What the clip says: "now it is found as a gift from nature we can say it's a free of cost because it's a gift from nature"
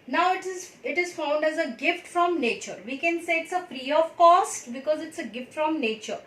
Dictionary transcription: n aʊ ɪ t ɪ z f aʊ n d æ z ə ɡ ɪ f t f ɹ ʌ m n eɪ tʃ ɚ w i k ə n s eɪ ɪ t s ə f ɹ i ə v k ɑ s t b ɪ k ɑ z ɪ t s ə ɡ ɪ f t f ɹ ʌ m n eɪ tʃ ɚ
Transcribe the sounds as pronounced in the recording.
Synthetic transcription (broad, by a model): n aʊ ɪ t ɪ z f aʊ n d æ z ə ɡ ɪ f t f ɹ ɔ m n eɪ tʃ ɚ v i k ə n s eɪ ɪ t s ə p ɹ i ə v k ɑ s t b ɪ k ɑ z ɪ t s ə ɡ ɪ f t f ɹ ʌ m n eɪ tʃ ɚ